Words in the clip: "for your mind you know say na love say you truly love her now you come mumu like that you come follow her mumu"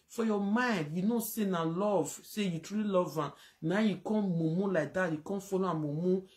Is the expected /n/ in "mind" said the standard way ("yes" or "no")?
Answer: yes